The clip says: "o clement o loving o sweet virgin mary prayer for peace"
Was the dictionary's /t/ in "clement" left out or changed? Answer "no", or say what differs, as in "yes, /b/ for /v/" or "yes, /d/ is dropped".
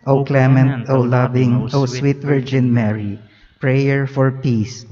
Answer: no